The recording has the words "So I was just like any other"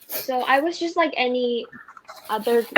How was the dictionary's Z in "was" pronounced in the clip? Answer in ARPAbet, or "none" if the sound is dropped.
Z